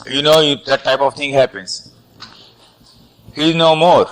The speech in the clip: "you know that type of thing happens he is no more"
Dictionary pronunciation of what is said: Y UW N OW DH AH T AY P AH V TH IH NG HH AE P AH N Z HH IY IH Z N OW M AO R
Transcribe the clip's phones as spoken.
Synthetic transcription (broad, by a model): Y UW N OW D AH T AY P AH V T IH NG HH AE P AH N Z HH IY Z N OW M AO R